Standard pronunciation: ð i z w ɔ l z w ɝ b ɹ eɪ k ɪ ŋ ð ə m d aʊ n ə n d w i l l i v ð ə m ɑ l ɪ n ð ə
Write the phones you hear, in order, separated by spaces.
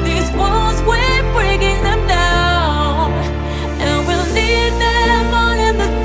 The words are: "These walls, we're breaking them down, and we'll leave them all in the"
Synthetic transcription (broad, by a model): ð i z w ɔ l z w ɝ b ɹ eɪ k ɪ ŋ ð ə m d aʊ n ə n w i l n i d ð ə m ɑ n ɪ n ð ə